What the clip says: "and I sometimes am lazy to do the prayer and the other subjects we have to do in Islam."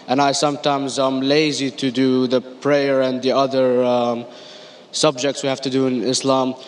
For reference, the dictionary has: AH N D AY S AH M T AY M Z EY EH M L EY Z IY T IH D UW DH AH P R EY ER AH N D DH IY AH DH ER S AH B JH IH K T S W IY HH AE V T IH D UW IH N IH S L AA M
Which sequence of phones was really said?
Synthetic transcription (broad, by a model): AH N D AY S AH M T AY M Z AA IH M L EY Z IY T IH D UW DH AH P R EY ER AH N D DH IY AH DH ER S AH B JH IH K T S W IY HH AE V T IH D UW IH N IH S L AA M